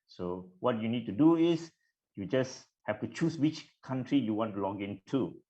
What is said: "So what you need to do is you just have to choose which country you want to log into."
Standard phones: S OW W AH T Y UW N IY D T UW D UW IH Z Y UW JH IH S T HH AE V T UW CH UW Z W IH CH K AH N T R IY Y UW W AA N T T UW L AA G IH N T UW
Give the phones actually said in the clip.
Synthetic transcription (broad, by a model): S OW W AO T Y UW N IY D T UW D UW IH S Y UW JH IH S HH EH F T UW CH UW S W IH CH K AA N T R IY Y UW W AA N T T UW L AA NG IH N T UW